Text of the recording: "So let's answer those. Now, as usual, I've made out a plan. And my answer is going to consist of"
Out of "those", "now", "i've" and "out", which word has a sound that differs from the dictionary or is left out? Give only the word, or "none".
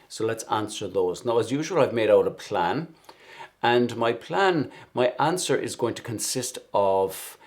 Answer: none